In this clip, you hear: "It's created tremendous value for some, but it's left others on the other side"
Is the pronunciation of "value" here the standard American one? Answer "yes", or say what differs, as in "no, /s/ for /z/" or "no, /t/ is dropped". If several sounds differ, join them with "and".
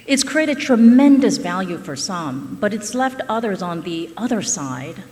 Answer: yes